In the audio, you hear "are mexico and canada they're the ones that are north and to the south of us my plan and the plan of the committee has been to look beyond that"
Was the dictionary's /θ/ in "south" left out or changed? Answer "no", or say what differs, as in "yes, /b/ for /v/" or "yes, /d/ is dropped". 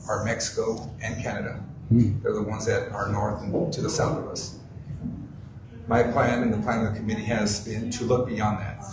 no